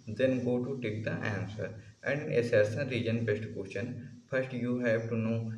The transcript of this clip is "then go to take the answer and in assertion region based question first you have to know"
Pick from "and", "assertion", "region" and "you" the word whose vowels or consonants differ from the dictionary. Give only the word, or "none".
assertion